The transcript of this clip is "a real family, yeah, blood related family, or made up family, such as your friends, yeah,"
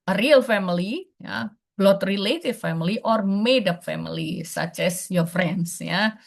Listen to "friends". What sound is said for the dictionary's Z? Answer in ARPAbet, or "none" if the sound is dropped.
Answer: S